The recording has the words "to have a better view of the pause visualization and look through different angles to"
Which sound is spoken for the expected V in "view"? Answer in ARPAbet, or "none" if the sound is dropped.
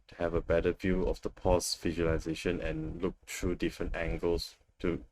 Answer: V